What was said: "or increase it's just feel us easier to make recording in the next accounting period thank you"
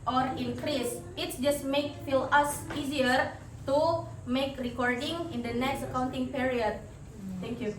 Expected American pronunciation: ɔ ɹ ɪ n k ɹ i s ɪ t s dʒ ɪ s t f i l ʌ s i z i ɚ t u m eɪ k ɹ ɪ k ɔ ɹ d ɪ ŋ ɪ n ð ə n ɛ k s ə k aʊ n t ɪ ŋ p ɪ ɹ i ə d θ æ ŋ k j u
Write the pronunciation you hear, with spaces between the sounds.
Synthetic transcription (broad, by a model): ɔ ɹ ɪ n k ɹ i s ɪ t s dʒ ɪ s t f i l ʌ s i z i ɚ t u m eɪ k ɹ ɪ k ɔ ɹ d ɪ ŋ ɪ n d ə n ɛ k s ə k aʊ n t ɪ ŋ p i ɹ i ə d t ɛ ŋ k j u